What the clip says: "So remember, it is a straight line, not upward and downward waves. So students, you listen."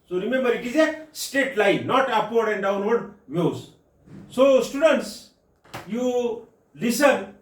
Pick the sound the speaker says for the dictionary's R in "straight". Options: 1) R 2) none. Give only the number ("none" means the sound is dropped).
2